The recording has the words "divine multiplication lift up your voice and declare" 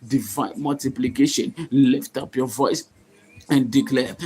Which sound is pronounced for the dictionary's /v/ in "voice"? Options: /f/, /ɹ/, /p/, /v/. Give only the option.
/v/